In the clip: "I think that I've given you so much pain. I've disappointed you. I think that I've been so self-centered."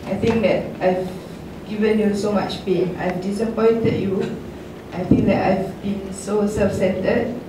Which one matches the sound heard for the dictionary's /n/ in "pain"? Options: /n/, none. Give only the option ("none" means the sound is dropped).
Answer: none